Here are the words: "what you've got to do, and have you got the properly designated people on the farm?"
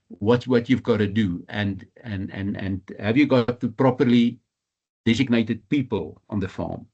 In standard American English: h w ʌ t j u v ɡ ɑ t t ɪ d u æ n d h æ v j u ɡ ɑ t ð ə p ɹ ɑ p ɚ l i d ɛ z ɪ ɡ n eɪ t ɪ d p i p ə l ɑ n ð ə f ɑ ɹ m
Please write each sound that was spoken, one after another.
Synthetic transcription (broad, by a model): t w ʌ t j u v ɡ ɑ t t ɪ d u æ n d h æ v j u ɡ ɑ t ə p ɹ ɑ p ɚ l i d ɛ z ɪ ɡ n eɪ t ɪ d p i p ə l ɑ n ð ə f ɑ m